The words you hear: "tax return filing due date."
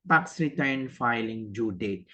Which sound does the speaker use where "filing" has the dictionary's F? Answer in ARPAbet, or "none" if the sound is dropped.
F